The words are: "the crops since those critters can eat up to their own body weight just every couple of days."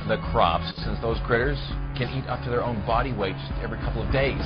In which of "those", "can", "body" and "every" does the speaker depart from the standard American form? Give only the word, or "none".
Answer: none